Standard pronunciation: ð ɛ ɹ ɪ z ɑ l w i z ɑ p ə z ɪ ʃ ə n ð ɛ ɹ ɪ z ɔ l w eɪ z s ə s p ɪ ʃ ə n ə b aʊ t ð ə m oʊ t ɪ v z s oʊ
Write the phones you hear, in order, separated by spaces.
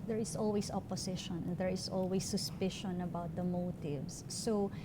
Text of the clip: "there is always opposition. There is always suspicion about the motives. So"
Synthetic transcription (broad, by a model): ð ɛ ɹ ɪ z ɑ l w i s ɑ p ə s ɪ ʃ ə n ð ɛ ɹ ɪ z ɔ l w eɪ s ə s p ɪ ʃ ə n ə b aʊ t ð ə m oʊ t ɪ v s oʊ